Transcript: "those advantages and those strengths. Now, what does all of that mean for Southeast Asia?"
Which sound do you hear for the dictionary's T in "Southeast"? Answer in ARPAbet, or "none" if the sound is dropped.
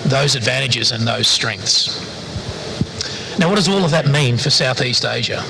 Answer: T